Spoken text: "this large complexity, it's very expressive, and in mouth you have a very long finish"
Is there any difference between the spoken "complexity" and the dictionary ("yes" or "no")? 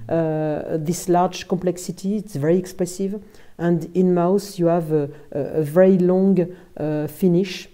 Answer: yes